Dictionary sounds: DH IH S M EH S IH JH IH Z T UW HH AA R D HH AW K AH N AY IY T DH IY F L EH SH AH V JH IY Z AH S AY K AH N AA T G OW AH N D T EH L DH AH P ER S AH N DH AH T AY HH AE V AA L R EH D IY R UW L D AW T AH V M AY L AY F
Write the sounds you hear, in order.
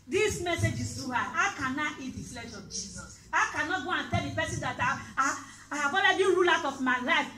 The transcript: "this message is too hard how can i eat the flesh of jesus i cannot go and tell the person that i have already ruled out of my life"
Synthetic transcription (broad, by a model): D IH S M EH S IH JH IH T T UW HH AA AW K AH N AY IY T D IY F L EH SH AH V JH IY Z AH S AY K AH N AA T G OW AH N T EH L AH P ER S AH N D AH T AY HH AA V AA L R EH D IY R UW L AW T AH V M AY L AY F